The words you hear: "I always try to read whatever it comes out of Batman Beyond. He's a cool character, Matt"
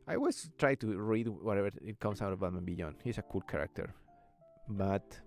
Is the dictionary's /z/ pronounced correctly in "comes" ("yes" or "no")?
no